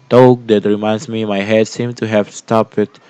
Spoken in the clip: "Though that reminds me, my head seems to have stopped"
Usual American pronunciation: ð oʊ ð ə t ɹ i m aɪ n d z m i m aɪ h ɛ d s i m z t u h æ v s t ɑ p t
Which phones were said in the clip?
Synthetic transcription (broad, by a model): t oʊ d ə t ɹ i m aɪ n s m i m aɪ h ɛ d s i m t u h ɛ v s t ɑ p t